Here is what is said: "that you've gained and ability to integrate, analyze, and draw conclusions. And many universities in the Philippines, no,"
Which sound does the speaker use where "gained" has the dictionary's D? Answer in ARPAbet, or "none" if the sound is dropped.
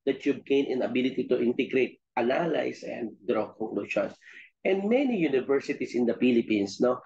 none